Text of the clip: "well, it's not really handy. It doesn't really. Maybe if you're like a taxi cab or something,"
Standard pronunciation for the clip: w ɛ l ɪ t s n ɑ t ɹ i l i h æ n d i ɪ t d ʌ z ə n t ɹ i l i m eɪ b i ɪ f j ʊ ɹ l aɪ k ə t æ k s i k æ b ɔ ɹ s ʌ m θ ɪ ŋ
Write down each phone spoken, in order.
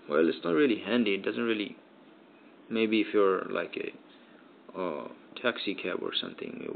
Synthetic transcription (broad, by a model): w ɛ l ɪ t s n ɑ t ɹ i l i h æ n d i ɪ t d ʌ z ə n t ɹ i l i m eɪ b i ɪ f j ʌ ɹ l aɪ k ə t æ k s i k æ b ɔ ɹ s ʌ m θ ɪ ŋ